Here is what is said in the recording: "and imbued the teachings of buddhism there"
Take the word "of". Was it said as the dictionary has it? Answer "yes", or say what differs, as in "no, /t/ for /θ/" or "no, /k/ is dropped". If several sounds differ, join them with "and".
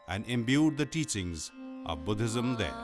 yes